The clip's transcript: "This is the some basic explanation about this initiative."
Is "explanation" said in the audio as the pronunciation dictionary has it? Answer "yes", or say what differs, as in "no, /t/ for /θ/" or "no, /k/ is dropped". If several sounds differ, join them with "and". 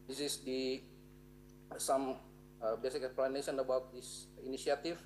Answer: no, /s/ is dropped